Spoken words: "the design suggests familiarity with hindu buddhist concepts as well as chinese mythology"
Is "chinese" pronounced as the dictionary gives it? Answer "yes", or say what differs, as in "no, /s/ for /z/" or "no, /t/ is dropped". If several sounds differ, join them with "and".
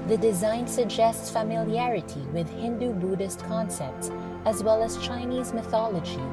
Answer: yes